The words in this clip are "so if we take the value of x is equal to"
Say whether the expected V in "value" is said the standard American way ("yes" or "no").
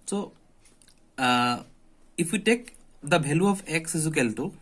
no